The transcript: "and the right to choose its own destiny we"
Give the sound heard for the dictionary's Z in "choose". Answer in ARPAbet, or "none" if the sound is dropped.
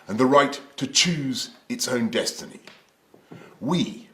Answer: Z